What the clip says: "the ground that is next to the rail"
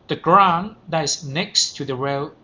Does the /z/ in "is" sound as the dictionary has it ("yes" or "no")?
no